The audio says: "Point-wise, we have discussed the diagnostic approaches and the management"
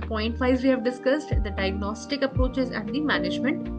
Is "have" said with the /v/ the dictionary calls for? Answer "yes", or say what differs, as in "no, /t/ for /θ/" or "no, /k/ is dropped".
yes